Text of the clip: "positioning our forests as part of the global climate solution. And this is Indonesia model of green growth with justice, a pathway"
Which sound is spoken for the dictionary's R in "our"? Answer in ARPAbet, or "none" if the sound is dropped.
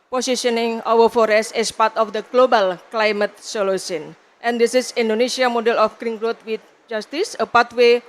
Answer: W